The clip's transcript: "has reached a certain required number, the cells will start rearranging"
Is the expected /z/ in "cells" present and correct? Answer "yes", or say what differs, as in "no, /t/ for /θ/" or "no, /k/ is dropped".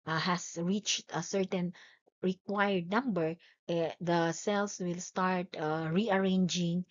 no, /s/ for /z/